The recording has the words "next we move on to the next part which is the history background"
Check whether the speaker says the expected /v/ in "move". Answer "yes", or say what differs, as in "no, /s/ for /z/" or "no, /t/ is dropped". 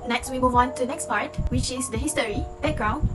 no, /w/ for /v/